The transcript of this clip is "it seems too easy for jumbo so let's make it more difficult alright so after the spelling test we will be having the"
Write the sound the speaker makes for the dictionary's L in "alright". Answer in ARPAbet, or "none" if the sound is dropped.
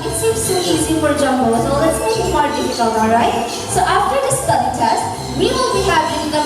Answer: none